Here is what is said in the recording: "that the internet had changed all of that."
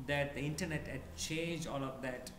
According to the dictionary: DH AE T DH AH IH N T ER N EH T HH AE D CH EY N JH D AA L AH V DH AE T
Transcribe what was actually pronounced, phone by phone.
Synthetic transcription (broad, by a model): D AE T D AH IH N T ER N EH T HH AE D CH EY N JH AA L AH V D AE T